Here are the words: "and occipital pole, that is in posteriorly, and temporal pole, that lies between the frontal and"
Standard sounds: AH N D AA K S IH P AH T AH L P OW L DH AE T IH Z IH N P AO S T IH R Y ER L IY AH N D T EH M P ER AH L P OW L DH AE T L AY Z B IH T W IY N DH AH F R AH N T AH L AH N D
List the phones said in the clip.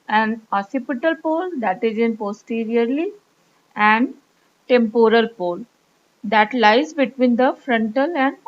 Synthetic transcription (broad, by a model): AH N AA S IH P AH T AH L P OW L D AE T IH Z IH N P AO S T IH R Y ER L IY AH N D T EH M P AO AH L P OW L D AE T L AY Z B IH T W IY N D AH F R AH N T AH L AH N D